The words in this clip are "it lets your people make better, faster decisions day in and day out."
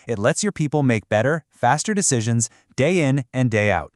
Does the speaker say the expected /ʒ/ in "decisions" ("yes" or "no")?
yes